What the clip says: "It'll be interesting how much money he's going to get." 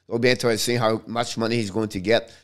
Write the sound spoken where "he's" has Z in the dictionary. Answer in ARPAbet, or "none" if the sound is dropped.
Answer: Z